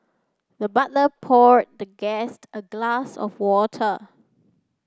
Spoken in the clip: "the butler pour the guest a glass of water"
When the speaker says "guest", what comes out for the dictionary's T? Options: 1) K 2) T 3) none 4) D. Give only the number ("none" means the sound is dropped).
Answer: 2